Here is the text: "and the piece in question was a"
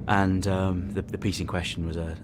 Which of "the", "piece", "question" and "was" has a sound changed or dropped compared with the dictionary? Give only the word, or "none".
none